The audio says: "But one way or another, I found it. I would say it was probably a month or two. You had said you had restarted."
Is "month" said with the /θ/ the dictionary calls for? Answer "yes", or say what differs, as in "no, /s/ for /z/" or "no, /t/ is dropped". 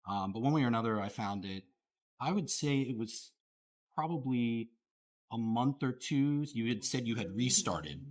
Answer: yes